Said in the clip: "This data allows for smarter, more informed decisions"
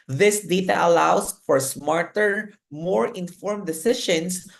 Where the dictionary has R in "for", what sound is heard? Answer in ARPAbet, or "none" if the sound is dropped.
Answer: R